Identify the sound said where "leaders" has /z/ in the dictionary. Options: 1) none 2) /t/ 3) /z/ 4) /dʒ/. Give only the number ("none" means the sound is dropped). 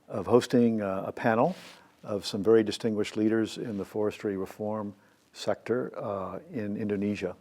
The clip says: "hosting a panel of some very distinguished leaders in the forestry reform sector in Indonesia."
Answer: 3